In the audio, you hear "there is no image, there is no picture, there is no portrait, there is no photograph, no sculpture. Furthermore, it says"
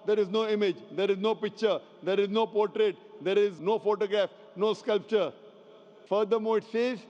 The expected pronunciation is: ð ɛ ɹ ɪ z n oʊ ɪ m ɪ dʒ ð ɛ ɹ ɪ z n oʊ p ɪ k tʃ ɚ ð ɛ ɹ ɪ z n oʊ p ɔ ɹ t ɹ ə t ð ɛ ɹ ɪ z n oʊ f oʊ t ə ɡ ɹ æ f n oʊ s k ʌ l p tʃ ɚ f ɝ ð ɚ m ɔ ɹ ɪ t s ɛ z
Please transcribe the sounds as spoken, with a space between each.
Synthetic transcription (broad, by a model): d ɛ ɹ ɪ z n oʊ ɪ m ɪ dʒ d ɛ ɹ ɪ z n oʊ p ɪ k tʃ ɚ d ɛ ɹ ɪ z n oʊ p ɔ ɹ t ɹ ə t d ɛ ɹ ɪ z n oʊ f oʊ t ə ɡ ɹ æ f n oʊ s k ʌ l p tʃ ɚ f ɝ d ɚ m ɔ ɪ t s ɛ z